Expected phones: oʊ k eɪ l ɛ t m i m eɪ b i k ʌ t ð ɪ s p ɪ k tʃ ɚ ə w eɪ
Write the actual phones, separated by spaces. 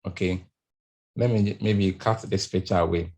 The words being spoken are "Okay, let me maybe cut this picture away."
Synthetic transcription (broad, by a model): oʊ k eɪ l ɛ t m i m eɪ b i k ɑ t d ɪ s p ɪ tʃ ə w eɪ